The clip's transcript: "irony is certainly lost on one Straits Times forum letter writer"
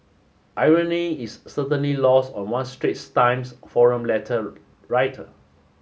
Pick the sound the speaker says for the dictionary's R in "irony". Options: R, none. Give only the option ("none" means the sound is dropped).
R